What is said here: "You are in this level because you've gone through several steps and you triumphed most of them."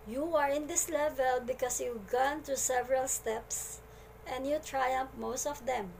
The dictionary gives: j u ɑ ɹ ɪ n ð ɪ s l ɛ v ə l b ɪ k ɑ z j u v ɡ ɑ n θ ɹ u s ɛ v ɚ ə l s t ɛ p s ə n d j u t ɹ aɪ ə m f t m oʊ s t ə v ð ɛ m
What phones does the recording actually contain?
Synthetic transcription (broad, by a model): j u ɑ ɹ ɪ n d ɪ s l ɛ v ə l b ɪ k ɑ s j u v ɡ ɑ n t ɹ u s ɛ v ɚ ə l s t ɛ p s ə n d j u t ɹ aɪ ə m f m oʊ s t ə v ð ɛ m